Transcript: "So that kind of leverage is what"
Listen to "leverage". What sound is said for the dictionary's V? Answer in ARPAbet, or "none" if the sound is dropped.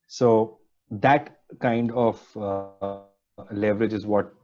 V